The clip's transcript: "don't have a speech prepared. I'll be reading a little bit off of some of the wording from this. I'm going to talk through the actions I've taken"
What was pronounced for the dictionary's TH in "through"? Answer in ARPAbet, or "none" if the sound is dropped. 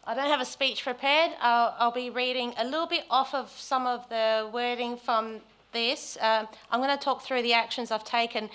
TH